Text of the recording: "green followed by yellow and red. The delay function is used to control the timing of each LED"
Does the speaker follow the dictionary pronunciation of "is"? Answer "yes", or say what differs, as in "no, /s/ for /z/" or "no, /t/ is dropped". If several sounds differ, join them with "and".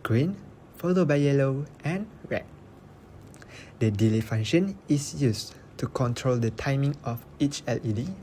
no, /s/ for /z/